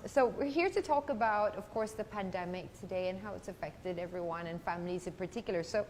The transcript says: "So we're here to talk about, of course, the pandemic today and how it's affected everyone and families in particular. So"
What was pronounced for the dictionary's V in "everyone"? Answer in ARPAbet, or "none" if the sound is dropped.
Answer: V